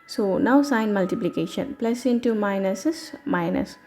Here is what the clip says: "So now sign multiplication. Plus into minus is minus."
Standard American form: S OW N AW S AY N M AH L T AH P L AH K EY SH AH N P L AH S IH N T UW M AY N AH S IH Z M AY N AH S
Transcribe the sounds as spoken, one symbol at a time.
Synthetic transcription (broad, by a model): S OW N AW S AY N M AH L T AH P L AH K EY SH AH N P L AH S IH N T UW M AY N AH S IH S M AY N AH S